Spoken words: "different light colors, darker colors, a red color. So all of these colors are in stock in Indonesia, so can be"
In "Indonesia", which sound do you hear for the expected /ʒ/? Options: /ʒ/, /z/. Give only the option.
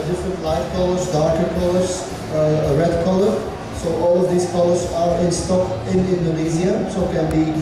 /z/